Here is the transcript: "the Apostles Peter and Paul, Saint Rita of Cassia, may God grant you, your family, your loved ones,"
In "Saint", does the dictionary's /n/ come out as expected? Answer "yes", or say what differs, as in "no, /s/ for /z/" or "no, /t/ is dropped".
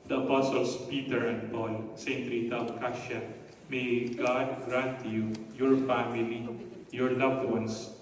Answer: yes